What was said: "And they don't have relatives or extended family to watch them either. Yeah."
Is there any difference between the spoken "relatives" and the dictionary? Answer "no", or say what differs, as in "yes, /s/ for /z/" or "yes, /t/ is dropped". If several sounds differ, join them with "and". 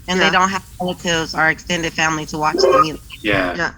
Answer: yes, /v/ is dropped